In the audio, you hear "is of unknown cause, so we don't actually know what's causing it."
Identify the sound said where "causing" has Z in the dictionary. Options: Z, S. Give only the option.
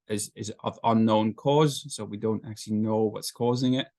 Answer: Z